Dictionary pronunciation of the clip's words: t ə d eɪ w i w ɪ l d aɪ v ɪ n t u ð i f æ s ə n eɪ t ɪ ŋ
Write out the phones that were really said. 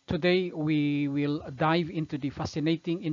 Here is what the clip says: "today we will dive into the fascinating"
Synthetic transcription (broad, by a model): t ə d eɪ w i w ɪ l d aɪ v ɪ n t u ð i f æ s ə n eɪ t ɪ ŋ